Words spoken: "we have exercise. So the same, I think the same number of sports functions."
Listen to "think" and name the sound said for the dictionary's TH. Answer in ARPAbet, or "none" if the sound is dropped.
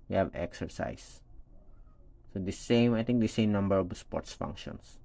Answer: T